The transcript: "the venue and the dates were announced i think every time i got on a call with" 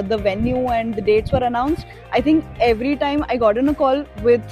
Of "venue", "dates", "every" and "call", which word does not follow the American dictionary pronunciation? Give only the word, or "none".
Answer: none